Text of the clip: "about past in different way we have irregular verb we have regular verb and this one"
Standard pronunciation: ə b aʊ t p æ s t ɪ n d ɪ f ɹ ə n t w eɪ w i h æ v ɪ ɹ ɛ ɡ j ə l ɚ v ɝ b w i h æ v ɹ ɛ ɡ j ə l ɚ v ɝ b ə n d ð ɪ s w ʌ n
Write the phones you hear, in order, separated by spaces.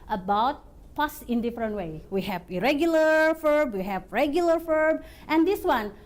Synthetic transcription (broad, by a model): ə b aʊ t p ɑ s ɪ n d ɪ f ɹ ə n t w eɪ w i h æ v ɪ ɹ ɛ ɡ j ə l ɚ f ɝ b w i h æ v ɹ ɛ ɡ j ə l ɚ f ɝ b ə n d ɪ s w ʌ n